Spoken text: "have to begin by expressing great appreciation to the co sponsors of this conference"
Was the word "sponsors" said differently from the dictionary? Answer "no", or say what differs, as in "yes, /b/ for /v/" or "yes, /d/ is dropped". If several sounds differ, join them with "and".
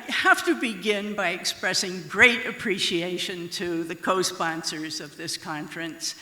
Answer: no